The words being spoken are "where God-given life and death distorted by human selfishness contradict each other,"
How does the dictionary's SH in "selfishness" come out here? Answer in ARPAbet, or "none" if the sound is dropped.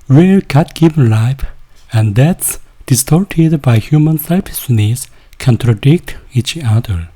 S